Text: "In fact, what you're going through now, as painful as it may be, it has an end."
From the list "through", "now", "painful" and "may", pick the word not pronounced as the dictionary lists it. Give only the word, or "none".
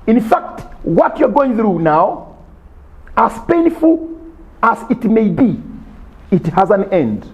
none